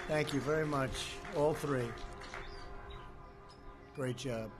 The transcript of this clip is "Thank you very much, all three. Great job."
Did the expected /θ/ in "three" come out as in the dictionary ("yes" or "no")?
yes